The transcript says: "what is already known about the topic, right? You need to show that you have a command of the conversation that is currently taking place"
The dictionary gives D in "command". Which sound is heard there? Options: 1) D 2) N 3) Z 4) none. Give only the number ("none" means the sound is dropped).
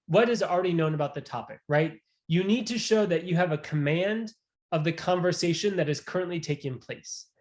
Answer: 1